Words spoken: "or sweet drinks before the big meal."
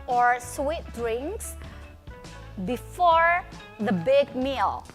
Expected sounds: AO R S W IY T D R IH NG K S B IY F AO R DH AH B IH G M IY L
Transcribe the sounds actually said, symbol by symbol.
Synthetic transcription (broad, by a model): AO R S W IY T D R IH NG K S B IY F AO R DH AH B IH G M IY L